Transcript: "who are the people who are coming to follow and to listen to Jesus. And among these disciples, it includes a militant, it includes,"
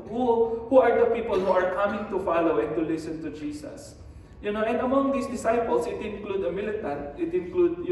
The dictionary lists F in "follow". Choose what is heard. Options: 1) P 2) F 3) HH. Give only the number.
2